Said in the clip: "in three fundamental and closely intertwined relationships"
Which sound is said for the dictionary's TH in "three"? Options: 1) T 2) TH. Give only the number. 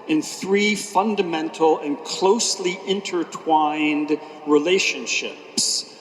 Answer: 2